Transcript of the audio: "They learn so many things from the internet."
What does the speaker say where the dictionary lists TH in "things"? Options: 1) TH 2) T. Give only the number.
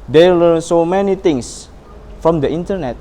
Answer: 2